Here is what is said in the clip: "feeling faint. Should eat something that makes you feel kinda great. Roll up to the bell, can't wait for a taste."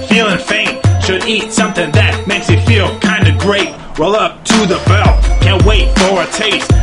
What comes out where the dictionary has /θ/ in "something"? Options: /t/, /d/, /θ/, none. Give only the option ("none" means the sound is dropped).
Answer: /θ/